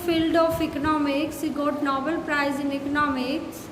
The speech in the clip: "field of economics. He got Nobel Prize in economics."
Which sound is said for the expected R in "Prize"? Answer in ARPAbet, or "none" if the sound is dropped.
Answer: R